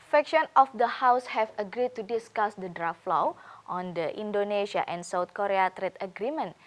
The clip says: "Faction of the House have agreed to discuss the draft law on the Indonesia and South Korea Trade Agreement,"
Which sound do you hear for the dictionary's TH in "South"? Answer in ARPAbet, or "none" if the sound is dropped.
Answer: T